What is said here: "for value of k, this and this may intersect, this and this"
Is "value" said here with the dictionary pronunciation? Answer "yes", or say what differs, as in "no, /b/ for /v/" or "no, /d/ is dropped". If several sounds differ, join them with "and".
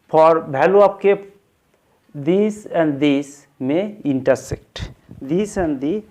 no, /b/ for /v/